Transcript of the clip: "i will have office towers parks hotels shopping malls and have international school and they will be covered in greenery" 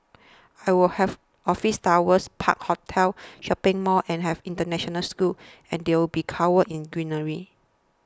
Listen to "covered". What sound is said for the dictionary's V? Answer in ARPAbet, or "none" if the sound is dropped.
W